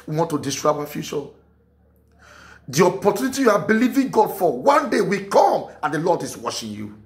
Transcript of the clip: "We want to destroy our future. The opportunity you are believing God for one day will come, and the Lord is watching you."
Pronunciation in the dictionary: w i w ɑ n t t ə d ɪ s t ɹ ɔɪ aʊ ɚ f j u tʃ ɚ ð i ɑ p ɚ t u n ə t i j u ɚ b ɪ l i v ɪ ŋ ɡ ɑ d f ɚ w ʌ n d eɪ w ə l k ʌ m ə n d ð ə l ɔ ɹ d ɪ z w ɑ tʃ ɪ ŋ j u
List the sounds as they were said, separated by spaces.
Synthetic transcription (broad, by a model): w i w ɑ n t t ə d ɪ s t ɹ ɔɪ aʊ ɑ f j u tʃ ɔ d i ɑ p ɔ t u n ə t i j u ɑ b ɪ l i v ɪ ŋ ɡ ɑ d f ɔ w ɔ n d eɪ w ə k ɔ m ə n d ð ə l ɔ d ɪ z w ɑ ʃ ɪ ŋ j u